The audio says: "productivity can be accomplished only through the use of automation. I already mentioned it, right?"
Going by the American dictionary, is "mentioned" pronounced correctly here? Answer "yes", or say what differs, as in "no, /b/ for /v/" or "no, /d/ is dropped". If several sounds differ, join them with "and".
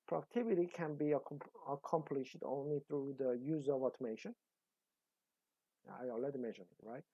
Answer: no, /d/ is dropped